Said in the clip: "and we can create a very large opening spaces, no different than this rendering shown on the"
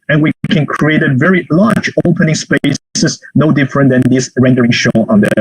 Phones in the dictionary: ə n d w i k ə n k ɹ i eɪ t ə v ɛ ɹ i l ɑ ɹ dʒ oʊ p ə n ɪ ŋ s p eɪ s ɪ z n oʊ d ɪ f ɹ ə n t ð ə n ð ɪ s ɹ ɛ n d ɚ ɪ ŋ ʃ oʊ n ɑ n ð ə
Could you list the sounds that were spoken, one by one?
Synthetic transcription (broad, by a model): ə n w i k ə n k ɹ i eɪ t ə v ɛ ɹ i l ɑ ɹ dʒ oʊ p ə n ɪ ŋ s p eɪ s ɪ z n oʊ d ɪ f ɹ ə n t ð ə n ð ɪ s ɹ ɛ n d ɚ ɪ ŋ ʃ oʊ ɑ n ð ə